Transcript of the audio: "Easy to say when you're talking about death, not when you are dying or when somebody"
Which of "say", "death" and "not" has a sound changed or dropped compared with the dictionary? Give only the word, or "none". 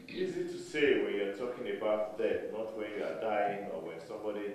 death